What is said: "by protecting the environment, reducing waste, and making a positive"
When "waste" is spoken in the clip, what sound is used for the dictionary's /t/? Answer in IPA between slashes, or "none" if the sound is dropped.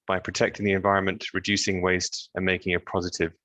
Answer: /t/